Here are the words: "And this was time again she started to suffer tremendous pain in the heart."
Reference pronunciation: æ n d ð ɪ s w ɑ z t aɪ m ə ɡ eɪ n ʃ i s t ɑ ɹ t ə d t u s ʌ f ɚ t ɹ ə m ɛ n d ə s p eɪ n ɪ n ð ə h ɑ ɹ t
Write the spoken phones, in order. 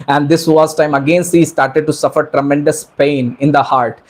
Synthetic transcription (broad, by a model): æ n d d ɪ s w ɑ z t aɪ m ə ɡ eɪ n s i s t ɑ ɹ t ə d t u s ʌ f ɚ t ɹ ə m ɛ n d ə s p eɪ n ɪ n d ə h ɑ ɹ t